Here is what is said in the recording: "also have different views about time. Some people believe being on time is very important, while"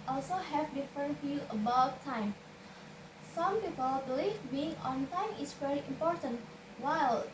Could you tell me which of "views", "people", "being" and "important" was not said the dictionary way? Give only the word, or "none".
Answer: views